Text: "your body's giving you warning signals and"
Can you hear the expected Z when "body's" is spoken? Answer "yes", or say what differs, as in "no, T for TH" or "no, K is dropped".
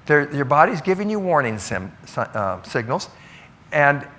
yes